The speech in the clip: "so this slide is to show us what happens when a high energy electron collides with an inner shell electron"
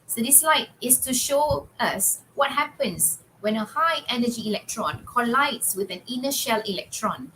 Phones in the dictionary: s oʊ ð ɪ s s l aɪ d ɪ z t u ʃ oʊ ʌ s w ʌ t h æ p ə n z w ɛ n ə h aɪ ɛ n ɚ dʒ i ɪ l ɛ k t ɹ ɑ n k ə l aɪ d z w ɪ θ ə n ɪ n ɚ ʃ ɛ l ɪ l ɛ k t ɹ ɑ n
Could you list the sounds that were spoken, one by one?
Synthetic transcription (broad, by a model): s oʊ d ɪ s s l aɪ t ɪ s t u ʃ oʊ ʌ s w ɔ t h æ p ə n s w ɛ n ə h aɪ ɛ n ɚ dʒ i l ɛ k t ɹ ɑ n k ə l aɪ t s w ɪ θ ə n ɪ n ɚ ʃ ɛ l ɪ l ɛ k t ɹ ɑ n